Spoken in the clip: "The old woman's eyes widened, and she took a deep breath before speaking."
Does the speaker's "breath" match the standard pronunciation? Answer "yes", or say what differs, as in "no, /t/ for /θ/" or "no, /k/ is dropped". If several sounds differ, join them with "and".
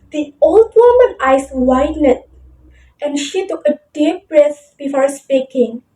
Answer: no, /s/ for /θ/